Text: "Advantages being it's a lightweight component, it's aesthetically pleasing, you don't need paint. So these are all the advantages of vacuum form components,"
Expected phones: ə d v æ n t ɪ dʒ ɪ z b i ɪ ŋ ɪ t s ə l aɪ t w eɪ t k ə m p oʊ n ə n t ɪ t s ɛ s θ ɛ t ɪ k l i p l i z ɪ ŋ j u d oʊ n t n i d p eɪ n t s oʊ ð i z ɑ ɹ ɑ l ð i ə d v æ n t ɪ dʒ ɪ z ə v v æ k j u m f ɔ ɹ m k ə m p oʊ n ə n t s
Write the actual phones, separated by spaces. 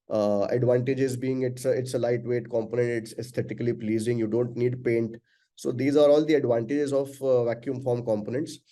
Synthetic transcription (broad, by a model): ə d v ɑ n t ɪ dʒ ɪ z b i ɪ ŋ ɪ t s ə l aɪ t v eɪ t k ə m p oʊ n ə n t ɪ t s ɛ s t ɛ t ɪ k l i p l i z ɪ ŋ j u d oʊ n t n i d p eɪ n t s oʊ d i z ɑ ɹ ɑ l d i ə d v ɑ n t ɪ dʒ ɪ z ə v v æ k j u m f ɔ ɹ m k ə m p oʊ n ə n t s